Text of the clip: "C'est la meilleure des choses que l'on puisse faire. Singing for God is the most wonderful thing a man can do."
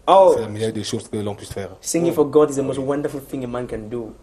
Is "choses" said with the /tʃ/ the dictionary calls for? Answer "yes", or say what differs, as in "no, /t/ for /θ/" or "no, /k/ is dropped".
no, /ʃ/ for /tʃ/